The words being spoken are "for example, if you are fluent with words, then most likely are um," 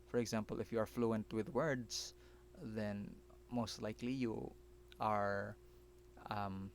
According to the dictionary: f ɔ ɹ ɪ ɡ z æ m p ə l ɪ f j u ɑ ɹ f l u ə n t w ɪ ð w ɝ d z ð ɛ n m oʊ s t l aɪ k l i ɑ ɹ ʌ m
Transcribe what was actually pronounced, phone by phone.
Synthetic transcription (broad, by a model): f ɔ ɹ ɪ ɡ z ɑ m p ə l ɪ f j u ɑ ɹ f l u ə n t w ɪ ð w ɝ d s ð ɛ n m oʊ s t l aɪ k l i ɑ ɹ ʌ m